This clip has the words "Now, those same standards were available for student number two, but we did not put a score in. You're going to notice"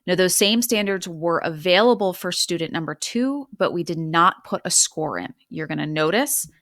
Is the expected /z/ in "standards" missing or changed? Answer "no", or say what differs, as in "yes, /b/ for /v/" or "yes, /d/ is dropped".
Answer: no